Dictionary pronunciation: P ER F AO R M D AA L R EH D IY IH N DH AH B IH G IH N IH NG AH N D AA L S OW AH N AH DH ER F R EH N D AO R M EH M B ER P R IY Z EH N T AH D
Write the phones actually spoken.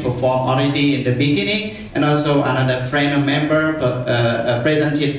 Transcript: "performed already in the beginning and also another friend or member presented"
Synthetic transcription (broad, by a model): P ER F AO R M AA L R EH D IY IH N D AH B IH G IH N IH NG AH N AA L S OW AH N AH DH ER F R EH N AO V M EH M B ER P R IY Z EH N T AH